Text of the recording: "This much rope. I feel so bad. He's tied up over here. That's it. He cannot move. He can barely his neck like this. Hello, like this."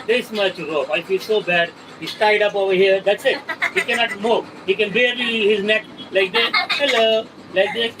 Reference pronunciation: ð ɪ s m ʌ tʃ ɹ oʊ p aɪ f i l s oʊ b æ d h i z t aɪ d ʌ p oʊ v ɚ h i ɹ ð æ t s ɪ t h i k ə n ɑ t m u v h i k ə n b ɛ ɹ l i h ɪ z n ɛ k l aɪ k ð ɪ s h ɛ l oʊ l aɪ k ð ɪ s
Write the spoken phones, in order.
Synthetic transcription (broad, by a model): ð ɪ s m ʌ tʃ ɹ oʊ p aɪ f i l s oʊ b æ d h i s t aɪ d ʌ p oʊ v ɚ h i ɹ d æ t s ɪ t h i k ə n ɑ t m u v h i k ə n b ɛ ɹ i h ɪ z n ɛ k l aɪ k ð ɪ h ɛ l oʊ l aɪ k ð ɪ